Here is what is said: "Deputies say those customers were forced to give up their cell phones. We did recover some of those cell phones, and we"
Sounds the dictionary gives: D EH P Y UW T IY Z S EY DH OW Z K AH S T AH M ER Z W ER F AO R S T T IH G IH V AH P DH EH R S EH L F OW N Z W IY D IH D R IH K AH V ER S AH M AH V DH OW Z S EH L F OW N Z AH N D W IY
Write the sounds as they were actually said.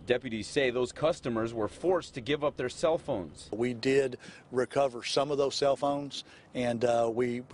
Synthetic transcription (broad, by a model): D EH P Y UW T IY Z S EY DH OW Z K AH S T AH M ER Z W ER F AO R S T T IH G IH V AH P DH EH R S EH L F OW N Z W IY D IH D R IH K AH V ER S AH M AH V DH OW Z S EH L F OW N Z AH N W IY